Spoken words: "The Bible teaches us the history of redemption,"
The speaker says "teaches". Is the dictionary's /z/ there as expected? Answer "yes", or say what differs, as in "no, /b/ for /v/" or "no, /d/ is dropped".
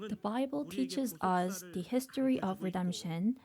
yes